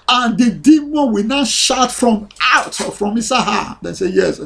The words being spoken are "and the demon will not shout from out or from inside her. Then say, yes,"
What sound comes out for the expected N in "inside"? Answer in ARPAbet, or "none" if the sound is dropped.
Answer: none